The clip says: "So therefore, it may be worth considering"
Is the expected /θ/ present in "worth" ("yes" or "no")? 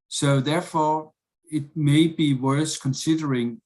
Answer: no